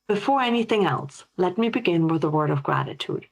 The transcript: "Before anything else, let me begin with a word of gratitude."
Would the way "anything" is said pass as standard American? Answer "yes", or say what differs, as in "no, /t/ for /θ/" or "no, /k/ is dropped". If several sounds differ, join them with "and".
yes